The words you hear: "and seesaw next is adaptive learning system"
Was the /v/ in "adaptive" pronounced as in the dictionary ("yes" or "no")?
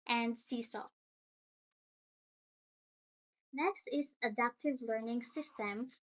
yes